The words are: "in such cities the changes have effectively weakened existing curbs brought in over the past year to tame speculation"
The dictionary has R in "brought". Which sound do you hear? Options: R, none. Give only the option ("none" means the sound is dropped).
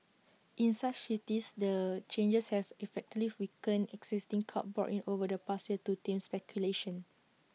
none